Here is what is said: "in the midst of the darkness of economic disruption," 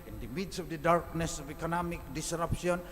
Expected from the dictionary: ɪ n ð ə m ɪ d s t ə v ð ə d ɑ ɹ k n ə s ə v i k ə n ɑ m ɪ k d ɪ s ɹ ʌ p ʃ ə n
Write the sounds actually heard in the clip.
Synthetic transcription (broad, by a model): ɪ n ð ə m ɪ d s ə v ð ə d ɑ ɹ k n ə s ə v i k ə n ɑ m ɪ k d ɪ s ɹ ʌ p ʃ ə n